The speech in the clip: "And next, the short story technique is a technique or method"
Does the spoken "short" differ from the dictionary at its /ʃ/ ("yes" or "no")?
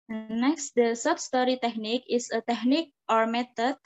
yes